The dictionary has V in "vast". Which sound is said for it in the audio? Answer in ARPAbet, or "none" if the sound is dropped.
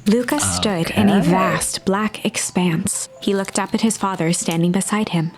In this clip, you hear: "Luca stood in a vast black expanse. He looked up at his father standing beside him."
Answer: V